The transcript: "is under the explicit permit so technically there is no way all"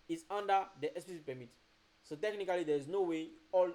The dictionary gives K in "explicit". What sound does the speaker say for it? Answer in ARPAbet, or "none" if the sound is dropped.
none